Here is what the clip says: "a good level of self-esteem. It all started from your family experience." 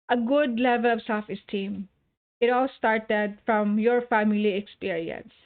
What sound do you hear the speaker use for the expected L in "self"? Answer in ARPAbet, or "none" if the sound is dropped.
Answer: none